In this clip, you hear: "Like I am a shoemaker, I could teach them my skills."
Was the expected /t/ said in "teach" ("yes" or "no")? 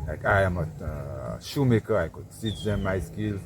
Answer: no